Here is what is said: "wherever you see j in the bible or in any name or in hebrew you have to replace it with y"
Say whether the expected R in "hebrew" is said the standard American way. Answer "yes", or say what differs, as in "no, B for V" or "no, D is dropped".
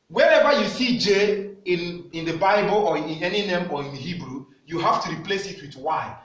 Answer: yes